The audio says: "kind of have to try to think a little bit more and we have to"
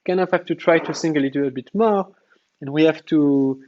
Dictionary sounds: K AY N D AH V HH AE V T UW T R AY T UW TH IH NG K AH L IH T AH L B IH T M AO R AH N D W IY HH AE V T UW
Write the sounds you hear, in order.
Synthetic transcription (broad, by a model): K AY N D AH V HH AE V T UW T R AY T UW S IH NG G AH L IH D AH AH B IH T M AO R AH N W IY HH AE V T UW